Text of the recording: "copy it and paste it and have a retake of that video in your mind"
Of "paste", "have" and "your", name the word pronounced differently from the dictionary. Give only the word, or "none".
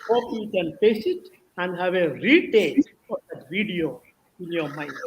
paste